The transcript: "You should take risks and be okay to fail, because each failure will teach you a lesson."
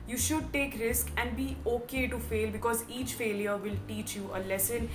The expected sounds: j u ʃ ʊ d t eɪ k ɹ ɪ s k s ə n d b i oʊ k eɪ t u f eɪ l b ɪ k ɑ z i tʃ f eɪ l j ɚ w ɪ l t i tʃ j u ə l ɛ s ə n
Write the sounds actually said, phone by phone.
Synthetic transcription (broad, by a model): j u ʃ ʊ d t eɪ k ɹ ɪ s k ə n d b i oʊ k eɪ t u f eɪ l b ɪ k ɑ z i tʃ f eɪ l j ɚ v ɪ l t i tʃ j u ə l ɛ s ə n